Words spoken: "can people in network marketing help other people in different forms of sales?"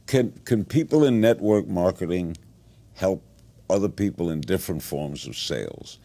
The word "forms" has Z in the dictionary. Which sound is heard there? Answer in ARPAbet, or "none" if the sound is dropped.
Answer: Z